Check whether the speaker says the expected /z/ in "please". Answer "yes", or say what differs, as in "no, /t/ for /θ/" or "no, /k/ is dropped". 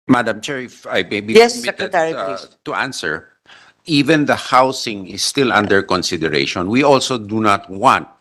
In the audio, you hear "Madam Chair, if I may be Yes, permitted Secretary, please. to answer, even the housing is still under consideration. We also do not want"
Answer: no, /z/ is dropped